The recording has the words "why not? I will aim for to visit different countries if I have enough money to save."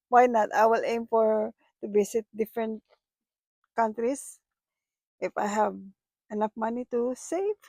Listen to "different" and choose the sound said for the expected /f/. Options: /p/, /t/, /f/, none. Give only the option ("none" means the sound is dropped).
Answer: /f/